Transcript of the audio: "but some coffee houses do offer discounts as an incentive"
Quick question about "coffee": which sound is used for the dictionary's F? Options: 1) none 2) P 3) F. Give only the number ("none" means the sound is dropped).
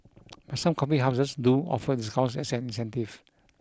2